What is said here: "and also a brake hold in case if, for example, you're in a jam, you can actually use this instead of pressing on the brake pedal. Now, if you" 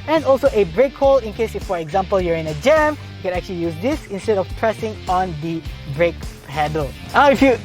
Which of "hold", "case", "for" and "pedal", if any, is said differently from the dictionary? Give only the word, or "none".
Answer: hold